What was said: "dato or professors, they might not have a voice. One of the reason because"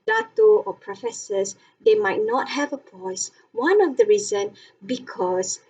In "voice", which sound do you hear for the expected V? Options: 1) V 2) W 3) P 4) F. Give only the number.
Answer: 3